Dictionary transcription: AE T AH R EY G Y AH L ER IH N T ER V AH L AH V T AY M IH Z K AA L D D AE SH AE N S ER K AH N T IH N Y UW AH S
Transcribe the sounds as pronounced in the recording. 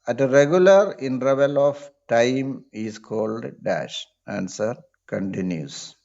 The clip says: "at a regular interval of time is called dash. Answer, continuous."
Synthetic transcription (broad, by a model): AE T AH R EY G Y AH L ER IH N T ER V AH L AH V T AY M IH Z K AA L D D AE SH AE N S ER K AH N T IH N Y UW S